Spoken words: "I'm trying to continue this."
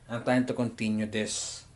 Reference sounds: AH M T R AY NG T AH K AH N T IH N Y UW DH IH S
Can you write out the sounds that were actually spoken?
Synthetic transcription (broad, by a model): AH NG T AY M T AH K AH N T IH N Y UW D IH S